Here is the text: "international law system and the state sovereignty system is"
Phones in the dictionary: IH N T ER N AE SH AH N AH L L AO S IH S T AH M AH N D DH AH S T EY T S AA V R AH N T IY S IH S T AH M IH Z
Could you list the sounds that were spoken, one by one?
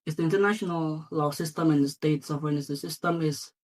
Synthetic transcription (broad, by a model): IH N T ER N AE SH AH N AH L L AO S IH S T AH M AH N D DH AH S T EY T S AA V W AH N S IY S IH S T AH M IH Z